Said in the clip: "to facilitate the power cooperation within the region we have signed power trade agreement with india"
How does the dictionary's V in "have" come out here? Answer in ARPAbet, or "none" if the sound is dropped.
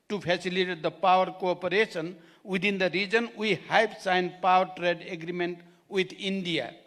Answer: P